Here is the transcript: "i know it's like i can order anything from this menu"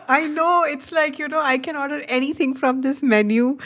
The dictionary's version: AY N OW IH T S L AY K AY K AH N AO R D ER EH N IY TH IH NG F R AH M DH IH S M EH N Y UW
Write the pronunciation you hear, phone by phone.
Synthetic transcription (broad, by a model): AY N OW IH T S L AY K AY K AH N AO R D ER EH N IY T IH NG F R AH M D IH S M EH N Y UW